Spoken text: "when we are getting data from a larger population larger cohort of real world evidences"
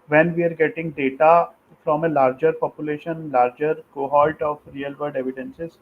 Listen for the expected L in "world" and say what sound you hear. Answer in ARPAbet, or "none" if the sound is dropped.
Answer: none